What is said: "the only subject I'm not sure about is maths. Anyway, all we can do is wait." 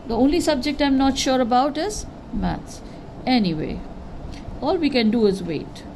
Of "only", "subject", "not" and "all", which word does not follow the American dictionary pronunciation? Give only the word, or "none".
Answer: none